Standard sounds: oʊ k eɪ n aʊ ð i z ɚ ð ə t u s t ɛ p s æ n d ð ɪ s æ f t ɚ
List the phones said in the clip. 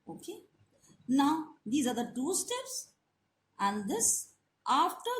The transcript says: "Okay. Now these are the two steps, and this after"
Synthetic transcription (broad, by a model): oʊ k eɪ n aʊ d i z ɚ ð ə t u s t ɛ p s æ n d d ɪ s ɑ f t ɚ